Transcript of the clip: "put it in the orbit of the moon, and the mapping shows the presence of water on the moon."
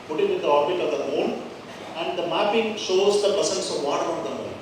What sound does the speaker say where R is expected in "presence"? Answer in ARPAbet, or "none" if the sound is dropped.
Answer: none